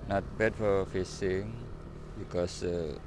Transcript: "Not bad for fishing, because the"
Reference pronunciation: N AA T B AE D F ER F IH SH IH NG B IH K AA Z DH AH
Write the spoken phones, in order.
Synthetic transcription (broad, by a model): N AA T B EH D F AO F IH S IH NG B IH K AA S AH